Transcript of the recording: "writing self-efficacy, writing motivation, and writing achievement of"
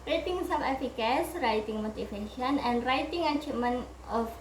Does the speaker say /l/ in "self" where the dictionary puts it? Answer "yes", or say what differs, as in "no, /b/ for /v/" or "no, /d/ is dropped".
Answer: no, /l/ is dropped